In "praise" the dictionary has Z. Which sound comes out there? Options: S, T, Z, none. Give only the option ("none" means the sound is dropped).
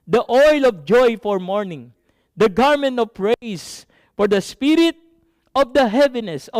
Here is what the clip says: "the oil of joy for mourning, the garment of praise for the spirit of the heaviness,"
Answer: S